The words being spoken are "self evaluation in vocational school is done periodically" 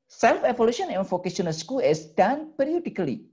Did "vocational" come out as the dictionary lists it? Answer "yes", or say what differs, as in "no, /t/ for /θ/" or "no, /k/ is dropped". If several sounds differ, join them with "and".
no, /f/ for /v/